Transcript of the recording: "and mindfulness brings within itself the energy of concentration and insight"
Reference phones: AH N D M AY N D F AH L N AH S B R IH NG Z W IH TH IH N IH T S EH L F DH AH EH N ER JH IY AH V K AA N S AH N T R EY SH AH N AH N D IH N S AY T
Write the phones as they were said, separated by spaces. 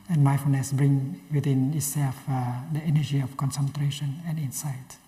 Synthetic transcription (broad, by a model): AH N M AY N F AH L N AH S B R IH NG W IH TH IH N IH T S EH L F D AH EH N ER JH IY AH F K AA N S AH N T R EY SH AH N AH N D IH N S AY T